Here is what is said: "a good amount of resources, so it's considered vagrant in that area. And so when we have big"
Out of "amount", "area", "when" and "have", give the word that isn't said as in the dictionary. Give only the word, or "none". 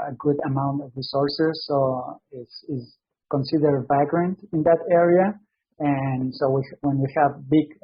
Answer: none